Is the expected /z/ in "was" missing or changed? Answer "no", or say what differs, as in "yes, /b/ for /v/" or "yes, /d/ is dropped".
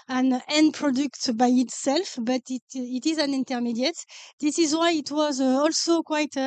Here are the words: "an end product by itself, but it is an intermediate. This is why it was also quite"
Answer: no